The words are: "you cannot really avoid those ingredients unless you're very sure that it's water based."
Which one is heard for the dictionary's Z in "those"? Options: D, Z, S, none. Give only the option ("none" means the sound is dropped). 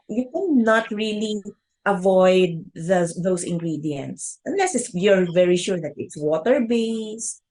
S